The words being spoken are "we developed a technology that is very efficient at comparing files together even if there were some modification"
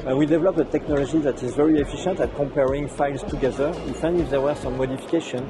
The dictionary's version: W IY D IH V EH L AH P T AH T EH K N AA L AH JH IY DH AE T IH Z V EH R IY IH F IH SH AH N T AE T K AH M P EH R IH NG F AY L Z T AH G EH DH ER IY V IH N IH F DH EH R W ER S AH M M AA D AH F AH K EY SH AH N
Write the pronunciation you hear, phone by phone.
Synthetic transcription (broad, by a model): W IY D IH V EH L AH P AH T EH K N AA L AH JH IY DH AE T IH Z V EH R IY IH F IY SH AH N T AE T K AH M P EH R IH NG F AY L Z T AH G EH DH ER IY F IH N IH F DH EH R W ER S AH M M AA D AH F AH K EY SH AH N